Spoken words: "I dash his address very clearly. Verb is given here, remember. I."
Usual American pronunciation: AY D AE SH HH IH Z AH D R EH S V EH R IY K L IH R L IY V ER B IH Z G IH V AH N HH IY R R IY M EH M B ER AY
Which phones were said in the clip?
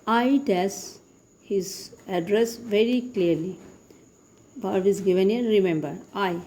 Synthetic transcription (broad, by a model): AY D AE S HH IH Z AH D R EH S V EH R IY K L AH R L IY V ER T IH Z G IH V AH N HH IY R R IY M EH M B ER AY